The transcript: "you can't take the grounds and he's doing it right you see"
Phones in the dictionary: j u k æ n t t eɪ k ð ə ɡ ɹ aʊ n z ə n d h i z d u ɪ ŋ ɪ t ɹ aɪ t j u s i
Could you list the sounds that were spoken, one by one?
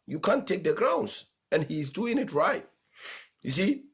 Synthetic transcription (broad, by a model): j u k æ n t t eɪ k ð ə ɡ ɹ aʊ n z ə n h i z d u ɪ ŋ ɪ t ɹ aɪ t j u s i